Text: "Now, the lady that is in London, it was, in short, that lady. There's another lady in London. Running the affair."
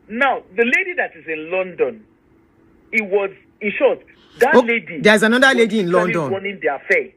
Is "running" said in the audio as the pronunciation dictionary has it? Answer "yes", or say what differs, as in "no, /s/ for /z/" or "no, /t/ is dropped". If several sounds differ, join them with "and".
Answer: no, /w/ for /ɹ/